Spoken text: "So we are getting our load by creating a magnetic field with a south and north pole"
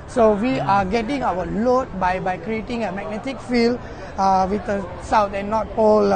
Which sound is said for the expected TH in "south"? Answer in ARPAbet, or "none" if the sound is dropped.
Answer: T